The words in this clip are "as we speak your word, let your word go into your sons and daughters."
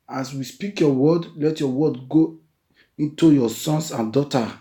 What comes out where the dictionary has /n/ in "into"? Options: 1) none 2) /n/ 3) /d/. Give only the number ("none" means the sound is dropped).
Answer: 2